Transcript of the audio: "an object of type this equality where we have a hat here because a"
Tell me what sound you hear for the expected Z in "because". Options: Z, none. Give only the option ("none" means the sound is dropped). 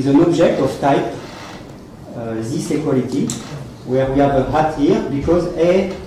Z